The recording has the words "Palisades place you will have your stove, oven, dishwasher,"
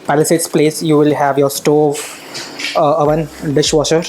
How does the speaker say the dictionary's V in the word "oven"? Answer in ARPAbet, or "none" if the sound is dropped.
V